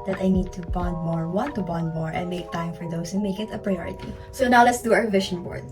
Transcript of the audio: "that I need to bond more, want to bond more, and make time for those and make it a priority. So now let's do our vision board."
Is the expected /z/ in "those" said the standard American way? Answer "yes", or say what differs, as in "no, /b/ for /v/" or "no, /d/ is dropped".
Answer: no, /z/ is dropped